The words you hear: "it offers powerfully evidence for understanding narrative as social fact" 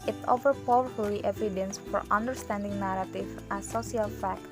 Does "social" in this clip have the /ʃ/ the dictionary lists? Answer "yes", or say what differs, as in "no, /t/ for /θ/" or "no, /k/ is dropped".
no, /ʃ/ is dropped